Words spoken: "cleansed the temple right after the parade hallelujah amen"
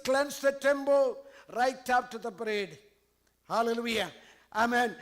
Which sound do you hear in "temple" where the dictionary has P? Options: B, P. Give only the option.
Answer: B